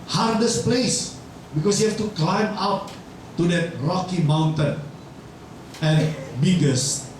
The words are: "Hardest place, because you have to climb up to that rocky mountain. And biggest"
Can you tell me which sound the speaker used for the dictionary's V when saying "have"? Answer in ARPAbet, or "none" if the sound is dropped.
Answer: F